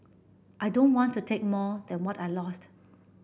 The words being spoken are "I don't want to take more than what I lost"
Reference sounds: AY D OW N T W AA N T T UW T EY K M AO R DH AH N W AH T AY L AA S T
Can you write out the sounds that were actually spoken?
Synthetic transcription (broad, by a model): AY D OW N T W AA N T T UW T EY K M AO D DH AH N W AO T AY L AA S T